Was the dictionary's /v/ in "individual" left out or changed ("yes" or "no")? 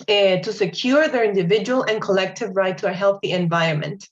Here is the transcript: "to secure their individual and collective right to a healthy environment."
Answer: no